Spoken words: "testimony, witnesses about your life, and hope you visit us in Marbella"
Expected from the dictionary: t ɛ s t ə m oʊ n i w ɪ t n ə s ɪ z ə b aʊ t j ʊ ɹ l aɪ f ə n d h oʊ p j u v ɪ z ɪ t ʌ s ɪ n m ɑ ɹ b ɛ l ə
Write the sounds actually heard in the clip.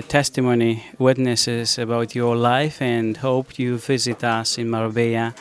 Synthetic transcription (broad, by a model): t ɛ s t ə m oʊ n i w ɪ t n ə s ɪ z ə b aʊ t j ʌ ɹ l aɪ f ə n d h oʊ p j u v ɪ z ɪ t ʌ s ɪ n m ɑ ɹ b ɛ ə